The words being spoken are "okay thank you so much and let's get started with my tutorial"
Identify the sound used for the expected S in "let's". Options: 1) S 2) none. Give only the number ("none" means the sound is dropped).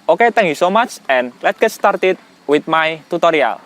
2